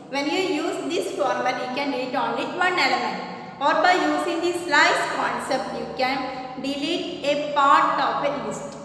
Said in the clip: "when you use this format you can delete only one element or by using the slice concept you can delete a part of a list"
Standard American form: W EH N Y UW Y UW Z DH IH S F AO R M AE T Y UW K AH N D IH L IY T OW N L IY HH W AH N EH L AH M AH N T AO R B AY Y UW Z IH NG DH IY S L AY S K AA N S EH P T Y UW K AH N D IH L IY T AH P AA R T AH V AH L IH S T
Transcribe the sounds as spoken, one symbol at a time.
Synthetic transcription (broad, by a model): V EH N Y UW Y UW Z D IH S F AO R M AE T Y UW K AH N D IH L IY T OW N L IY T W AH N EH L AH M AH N AO R B AY Y UW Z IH NG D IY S L AY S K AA N S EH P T Y UW K AH N D IH L IY T AH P AA R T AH F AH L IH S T